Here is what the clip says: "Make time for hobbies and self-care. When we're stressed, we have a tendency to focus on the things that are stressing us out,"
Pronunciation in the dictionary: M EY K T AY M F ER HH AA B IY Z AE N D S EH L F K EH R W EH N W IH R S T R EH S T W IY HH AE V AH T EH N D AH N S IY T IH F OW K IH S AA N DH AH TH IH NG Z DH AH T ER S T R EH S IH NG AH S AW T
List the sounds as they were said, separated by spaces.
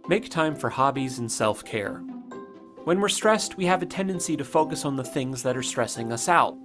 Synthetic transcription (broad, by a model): M EY K T AY M F ER HH AA B IY Z N S EH L F K EH R W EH N W IH R S T R EH S T W IY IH V AH T EH N D AH N S IY T IH F OW K IH S N DH AH TH IH NG Z DH AH T ER S T R EH S IH NG AH S AW T